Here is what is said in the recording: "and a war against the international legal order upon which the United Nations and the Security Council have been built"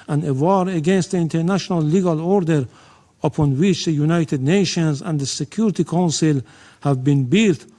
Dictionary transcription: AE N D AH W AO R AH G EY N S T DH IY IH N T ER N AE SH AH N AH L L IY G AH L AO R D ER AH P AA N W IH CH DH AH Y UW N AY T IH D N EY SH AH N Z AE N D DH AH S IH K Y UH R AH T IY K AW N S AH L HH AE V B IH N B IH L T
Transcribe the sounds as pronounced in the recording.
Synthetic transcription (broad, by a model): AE N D AH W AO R AH G EY N S T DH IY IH N T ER N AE SH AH N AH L L IY G AH L AO R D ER AH P AA N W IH CH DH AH Y UW N AY T IH D N EY SH AH N Z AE N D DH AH S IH K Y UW R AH T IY K AW N S AH L HH AE V B IH N B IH L T